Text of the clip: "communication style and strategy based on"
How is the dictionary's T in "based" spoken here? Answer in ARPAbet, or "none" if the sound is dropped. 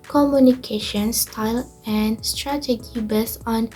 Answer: none